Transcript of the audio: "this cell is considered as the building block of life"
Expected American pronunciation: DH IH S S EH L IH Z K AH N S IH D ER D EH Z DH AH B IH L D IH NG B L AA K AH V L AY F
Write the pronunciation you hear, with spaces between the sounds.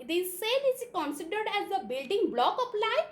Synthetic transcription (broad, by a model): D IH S S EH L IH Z K AH N S IH D ER D EH Z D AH B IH L D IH NG B L AA K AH P L AY